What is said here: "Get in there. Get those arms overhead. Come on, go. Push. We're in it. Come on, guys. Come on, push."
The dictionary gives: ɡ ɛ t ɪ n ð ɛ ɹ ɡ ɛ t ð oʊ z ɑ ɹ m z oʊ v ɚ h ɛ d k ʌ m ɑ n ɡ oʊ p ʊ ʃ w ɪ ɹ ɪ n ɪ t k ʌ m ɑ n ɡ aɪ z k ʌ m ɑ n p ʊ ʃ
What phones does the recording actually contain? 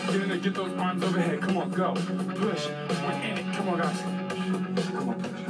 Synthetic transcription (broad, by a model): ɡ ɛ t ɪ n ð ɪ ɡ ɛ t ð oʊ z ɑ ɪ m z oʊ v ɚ h ɛ d k ʌ m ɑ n ɡ oʊ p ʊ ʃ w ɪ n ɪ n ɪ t k ʌ m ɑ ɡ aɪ s k ʌ m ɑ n